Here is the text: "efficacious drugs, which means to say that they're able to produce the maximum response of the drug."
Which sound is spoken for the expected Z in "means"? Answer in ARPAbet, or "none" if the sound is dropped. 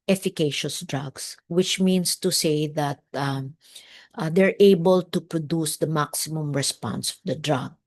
S